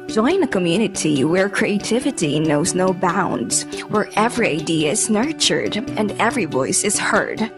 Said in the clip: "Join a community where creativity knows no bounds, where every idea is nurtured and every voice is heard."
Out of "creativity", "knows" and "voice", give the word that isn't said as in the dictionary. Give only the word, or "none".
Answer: none